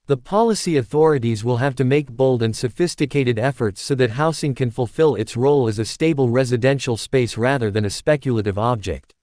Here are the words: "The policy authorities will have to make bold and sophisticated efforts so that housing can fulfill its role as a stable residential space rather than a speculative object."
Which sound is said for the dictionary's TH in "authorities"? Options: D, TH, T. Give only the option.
TH